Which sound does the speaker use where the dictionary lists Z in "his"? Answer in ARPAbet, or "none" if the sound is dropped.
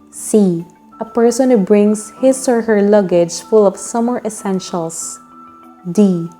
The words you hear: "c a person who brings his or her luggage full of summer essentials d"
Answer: S